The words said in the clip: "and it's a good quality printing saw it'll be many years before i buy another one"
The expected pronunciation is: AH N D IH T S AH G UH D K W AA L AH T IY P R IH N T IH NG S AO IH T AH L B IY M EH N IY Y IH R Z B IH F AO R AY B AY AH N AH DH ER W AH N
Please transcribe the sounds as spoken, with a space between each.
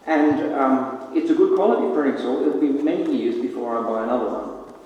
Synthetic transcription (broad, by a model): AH N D IH T S AH G UH D K W AA L AH T IY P AH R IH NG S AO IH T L B IY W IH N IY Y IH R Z B IH F AO R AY B AY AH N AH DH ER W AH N